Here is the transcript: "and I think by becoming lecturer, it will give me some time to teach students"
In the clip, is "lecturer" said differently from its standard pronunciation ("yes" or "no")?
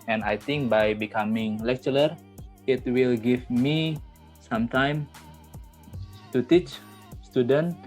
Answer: no